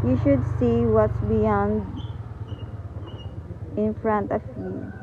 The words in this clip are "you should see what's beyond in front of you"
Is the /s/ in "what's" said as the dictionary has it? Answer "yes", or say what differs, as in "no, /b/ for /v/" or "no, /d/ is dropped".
yes